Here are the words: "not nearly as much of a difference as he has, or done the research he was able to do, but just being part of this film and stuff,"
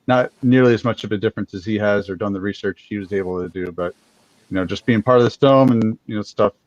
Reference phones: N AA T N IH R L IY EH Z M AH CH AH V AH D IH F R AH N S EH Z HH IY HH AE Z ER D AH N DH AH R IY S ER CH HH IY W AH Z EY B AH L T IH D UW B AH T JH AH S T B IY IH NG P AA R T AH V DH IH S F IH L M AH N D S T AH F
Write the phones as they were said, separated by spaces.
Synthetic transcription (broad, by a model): N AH T N IH R L IY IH Z M AH CH AH V AH D IH F R AH N S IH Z HH IY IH Z ER D AH N DH AH R IY S ER CH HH IY W AH Z EY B L T IH D UW B AH T JH AH S B IY IH NG P AA R T AH V DH IH S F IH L M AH N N S T AH F